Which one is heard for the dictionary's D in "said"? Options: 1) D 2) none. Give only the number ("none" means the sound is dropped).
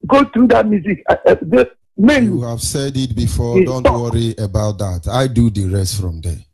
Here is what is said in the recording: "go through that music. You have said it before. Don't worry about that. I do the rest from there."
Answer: 1